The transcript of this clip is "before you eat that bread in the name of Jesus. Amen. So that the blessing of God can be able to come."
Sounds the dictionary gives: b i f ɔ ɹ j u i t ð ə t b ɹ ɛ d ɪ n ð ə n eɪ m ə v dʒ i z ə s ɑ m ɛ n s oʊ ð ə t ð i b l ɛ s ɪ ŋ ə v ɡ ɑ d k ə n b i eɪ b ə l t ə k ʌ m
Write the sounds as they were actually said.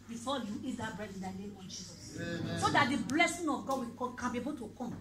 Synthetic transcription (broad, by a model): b i f ɔ j u i t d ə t b ɹ ɛ d ɪ n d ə l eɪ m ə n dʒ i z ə s s oʊ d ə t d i b l ɛ s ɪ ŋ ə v ɡ ɑ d k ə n b i eɪ b ə l t ə k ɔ m